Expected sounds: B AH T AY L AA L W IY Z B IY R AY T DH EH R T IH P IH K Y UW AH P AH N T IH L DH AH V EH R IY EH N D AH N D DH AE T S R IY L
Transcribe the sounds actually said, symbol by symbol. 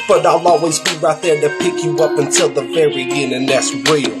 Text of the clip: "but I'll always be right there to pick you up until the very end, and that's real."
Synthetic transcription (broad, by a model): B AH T AY L AA L W IY Z B IY R AY T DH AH R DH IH P IH K Y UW AH P AH N T IH L DH AH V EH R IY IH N AH N DH AE T S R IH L